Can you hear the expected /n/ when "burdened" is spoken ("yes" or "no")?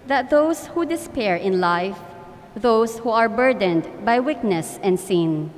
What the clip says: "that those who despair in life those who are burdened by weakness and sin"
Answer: yes